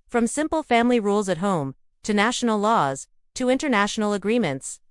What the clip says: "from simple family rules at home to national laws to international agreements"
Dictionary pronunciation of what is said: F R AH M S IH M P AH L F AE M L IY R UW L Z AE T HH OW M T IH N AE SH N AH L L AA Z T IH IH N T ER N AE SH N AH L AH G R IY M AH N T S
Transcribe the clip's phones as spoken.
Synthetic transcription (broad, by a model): F R AH M S IH M P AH L F AE M L IY R UW L Z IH T HH OW M T IH N AE SH N L L AA Z T IH IH N T ER N AE SH N L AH G R IY M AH N T S